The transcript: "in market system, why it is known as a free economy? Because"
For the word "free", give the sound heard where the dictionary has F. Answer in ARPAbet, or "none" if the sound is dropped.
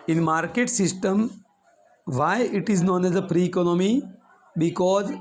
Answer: P